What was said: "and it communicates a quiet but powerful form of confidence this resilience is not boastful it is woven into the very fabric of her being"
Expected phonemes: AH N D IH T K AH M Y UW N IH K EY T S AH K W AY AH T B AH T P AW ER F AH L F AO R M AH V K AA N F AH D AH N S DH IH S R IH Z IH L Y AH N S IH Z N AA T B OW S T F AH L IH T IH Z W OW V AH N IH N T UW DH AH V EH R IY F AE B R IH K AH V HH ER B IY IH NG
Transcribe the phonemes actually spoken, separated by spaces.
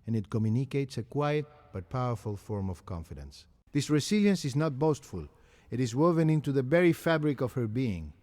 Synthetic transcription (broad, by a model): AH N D IH T K AH M Y UW N IH K EY T S AH K W AY AH T B AH T P AW ER F AH L F AO R M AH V K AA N F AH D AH N S DH IH S R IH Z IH L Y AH N S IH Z N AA T B OW S T F AH L IH T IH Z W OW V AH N IH N T UW DH AH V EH R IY F AE B R IH K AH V HH ER B IY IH NG